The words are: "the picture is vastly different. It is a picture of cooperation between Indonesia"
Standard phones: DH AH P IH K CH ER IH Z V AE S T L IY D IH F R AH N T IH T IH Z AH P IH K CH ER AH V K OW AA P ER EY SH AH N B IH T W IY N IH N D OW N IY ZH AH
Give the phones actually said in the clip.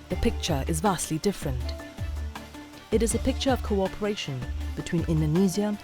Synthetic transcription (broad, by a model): DH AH P IH K CH ER IH Z V AE S T L IY D IH F R AH N T IH T IH Z AH P IH K CH ER AH V K OW AA P ER EY SH AH N B IH T W IY N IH N D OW N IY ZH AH